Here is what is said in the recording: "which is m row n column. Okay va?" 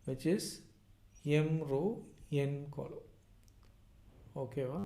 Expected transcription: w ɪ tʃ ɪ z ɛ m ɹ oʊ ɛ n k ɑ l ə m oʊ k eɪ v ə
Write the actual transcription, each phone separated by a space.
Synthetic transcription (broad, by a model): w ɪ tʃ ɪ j ɛ m ɹ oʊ ɛ n k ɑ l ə oʊ k eɪ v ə